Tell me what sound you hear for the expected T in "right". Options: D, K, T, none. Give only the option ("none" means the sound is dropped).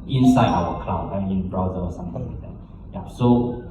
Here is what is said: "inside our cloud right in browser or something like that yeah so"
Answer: none